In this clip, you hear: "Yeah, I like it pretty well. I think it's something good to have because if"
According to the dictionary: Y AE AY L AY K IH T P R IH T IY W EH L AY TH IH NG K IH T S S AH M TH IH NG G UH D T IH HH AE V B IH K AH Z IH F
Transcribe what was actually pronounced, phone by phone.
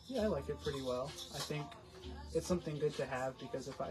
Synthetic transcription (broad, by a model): Y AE AY L AY K IH T P R IH T IY W EH L AY TH IH NG K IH T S S AH M TH IH NG G UH D T IH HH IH V B IH K AH Z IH F